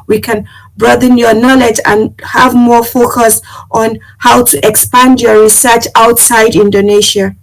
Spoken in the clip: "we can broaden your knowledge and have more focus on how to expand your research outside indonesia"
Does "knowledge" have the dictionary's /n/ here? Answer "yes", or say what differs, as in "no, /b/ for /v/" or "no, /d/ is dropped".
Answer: yes